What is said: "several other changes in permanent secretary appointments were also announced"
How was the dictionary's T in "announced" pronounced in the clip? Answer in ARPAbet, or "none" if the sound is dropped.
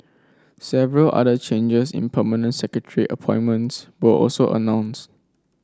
T